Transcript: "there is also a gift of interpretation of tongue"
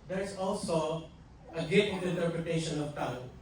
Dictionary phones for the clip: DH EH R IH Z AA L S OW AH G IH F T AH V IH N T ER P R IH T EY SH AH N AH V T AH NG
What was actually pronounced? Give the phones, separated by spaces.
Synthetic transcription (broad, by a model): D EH R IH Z AA L S OW AH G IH T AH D IH N T ER P R IH T EY SH AH N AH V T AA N